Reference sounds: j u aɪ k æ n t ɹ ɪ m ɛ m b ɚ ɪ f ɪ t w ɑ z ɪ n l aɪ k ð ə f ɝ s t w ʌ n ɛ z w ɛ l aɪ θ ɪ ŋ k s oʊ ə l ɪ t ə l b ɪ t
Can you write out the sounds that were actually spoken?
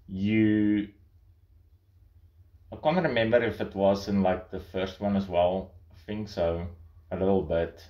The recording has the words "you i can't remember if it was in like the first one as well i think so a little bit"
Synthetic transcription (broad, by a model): j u aɪ k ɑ n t ɹ ɪ m ɛ m b ɚ ɪ f ɪ t w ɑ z ɪ n l aɪ k ð ə f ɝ s t w ʌ n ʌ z w ɛ l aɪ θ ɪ ŋ k s oʊ ə l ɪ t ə l b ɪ t